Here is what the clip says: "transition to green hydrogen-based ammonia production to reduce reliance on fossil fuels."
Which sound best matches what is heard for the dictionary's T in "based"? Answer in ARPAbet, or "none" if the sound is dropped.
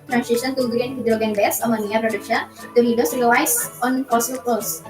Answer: none